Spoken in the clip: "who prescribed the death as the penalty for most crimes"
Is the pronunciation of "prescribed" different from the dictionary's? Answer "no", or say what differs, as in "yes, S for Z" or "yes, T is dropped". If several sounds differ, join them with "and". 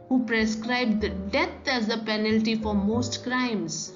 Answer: no